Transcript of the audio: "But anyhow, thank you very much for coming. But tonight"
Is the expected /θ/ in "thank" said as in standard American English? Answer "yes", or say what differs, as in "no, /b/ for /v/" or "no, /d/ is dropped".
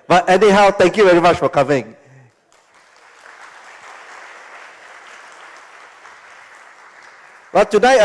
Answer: no, /t/ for /θ/